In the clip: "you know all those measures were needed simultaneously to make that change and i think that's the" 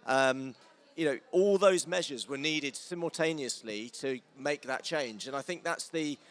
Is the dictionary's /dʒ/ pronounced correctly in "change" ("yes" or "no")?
yes